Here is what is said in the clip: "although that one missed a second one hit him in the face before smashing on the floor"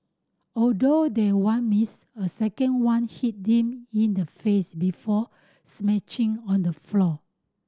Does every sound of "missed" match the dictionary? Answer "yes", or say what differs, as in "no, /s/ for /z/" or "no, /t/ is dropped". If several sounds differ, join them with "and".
no, /t/ is dropped